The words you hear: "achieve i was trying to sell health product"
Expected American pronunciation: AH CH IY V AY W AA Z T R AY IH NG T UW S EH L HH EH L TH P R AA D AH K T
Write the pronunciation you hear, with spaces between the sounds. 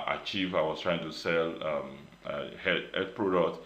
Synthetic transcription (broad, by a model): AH CH IY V AY W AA S T R AY IH NG T UW S EH L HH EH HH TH P R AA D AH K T